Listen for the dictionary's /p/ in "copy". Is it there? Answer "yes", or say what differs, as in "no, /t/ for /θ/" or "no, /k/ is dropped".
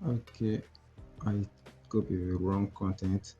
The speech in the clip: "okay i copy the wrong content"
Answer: no, /b/ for /p/